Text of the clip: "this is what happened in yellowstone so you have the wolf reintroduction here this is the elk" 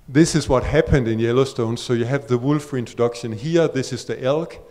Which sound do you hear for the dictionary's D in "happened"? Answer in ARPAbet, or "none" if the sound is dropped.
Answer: D